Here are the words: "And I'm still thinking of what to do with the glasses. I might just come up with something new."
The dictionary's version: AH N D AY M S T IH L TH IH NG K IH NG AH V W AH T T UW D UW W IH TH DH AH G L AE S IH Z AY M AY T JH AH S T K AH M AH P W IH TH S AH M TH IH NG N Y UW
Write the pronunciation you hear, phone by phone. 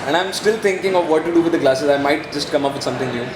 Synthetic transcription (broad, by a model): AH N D AY M S T IH L T IH NG K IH NG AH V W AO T T UW D UW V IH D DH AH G L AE S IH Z AY M AY T JH AH S T K AH M AH P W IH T S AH M T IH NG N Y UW